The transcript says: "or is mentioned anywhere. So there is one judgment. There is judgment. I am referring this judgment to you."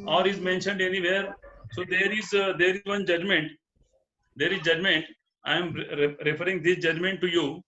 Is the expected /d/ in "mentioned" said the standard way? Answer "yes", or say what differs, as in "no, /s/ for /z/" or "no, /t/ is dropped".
yes